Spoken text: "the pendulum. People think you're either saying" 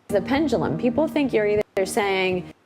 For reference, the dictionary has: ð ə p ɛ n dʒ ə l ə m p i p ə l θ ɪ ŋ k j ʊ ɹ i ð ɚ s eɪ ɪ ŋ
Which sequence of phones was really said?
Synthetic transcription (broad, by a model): ð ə p ɛ n dʒ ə l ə m p i p l θ ɪ ŋ k j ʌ ɹ i ð ɚ s eɪ ɪ ŋ